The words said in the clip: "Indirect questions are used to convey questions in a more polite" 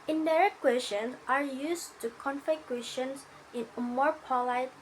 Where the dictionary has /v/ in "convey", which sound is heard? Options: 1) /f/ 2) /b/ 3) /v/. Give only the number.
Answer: 1